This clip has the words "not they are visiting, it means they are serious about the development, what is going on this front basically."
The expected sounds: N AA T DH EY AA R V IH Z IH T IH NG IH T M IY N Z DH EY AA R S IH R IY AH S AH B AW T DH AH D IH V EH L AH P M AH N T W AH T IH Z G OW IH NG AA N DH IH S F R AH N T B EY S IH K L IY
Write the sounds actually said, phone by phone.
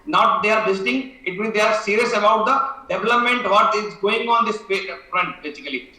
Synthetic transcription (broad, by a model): N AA T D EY AA R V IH S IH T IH NG IH T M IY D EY AA R S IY R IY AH S AH B AW T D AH D IH V EH L AH P M AH N T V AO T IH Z G OW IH NG AA N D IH S F R AH N T B EY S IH K L IY